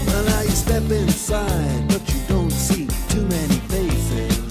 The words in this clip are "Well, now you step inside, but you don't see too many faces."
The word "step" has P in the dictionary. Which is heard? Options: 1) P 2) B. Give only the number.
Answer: 1